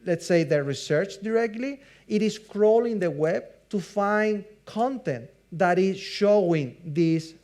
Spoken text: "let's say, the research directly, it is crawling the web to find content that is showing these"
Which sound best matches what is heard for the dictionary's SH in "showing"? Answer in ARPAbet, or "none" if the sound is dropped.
SH